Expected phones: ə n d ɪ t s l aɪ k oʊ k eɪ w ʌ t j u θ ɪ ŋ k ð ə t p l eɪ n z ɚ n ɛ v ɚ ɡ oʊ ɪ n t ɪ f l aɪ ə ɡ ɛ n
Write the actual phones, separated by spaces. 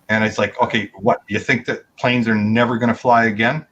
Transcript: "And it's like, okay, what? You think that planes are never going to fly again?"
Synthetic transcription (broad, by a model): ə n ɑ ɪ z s l aɪ k oʊ k eɪ w ʌ t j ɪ θ ɪ ŋ k ð ə t p l eɪ n z ɚ n ɛ v ɚ ɡ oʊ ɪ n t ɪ f l aɪ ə ɡ ɛ n